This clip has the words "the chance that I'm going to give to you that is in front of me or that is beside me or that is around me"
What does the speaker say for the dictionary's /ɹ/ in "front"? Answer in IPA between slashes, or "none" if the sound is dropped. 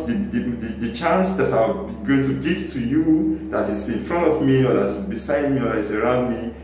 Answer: /ɹ/